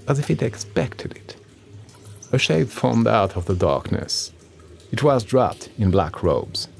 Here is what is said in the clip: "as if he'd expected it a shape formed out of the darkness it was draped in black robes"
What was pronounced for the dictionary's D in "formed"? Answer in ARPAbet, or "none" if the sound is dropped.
D